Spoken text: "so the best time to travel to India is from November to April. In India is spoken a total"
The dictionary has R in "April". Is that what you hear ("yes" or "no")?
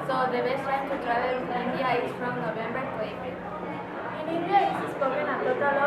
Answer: no